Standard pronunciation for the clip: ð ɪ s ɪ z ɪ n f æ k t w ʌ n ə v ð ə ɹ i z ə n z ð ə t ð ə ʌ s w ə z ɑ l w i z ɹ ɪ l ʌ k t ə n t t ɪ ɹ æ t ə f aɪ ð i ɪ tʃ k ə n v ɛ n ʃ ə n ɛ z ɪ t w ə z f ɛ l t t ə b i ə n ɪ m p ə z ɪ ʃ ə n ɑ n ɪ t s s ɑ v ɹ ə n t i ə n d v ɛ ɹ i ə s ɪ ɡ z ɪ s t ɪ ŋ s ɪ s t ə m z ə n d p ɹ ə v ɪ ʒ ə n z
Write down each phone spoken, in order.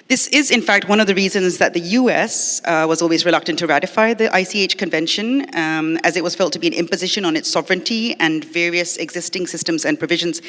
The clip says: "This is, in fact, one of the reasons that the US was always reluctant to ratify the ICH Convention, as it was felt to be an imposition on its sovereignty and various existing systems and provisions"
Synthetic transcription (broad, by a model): ð ɪ s ɪ z ɪ n f æ k t w ʌ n ə v ð ə ɹ i z ə n z ð ə t ð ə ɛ s w ə z ɑ l w i z ɹ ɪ l ʌ k t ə n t t ɪ ɹ æ t ə f aɪ ð i ɪ tʃ k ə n v ɛ n ʃ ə n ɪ z ɪ t w ə z f ɛ l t t ə b i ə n ɪ m p ə z ɪ ʃ ə n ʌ n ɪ t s s ɑ v ɹ ə n t i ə n v ɛ ɹ i ə s ɪ ɡ z ɪ s t ɪ ŋ s ɪ s t ə m z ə n p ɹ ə v ɪ ʒ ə n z